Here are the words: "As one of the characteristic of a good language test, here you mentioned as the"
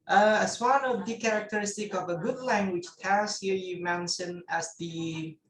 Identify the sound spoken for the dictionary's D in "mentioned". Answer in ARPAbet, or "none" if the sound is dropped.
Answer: none